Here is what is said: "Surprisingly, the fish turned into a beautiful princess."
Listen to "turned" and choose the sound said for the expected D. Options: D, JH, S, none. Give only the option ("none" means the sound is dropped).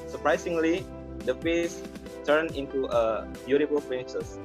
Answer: none